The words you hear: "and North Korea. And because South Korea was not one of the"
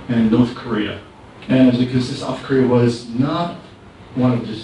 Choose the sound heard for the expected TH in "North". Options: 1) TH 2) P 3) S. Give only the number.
1